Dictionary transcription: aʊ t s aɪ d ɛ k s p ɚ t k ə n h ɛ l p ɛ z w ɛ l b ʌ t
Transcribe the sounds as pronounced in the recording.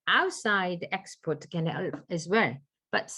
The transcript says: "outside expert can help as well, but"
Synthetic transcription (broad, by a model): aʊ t s aɪ d ɛ k s p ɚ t k ə n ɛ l f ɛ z w ɛ l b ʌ t